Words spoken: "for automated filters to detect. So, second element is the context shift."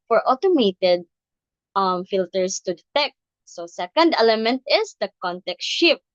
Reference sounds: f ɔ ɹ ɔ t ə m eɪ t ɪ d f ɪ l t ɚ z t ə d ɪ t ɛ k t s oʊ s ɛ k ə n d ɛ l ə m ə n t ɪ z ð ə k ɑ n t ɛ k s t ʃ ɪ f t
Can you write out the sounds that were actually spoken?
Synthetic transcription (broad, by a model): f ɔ ɹ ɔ t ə m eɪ t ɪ d f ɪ l t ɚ s t ə d ɪ t ɛ k t s oʊ s ɛ k ə n d ɛ l ə m ə n t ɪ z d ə k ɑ n t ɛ k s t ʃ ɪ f